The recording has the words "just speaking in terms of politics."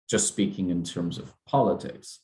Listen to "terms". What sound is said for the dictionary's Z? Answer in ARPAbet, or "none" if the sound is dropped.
Z